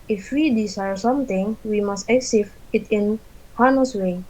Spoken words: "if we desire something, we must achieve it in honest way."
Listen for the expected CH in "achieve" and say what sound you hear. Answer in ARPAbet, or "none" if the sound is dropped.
S